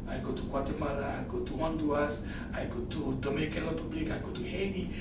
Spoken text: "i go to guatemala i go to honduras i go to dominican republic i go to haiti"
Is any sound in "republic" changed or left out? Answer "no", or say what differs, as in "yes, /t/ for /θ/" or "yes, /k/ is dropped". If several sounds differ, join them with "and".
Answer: yes, /l/ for /ɹ/